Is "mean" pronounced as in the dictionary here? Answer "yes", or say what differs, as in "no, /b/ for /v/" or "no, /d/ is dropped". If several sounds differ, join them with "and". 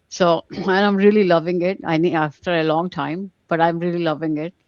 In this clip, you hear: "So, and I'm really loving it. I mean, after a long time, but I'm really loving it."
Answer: no, /n/ is dropped